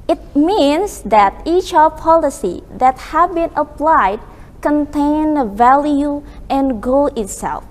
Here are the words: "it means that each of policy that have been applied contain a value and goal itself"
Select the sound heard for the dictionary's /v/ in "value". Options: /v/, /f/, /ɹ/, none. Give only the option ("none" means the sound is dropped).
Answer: /v/